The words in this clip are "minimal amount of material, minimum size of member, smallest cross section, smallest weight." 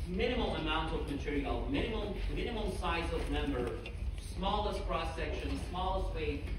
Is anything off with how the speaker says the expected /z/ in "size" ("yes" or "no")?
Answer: no